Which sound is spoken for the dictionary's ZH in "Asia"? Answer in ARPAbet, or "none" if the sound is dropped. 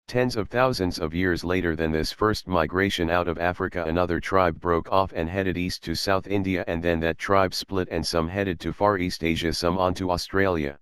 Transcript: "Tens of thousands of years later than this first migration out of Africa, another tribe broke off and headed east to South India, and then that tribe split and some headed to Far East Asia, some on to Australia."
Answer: ZH